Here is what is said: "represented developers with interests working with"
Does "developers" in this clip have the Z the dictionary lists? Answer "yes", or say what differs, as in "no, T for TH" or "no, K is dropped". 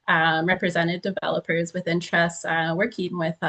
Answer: yes